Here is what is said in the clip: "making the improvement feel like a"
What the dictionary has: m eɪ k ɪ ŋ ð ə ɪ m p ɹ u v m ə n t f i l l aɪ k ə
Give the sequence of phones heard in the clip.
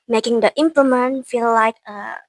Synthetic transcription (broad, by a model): m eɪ k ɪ ŋ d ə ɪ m p l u m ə n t f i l l aɪ k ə